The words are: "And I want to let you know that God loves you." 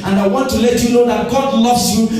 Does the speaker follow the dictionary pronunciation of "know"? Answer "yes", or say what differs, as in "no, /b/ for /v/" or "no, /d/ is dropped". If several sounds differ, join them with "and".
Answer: no, /l/ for /n/